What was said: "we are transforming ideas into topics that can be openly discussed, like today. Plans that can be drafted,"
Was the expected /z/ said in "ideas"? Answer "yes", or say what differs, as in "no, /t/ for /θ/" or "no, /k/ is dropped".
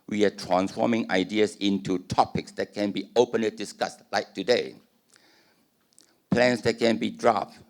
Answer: no, /s/ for /z/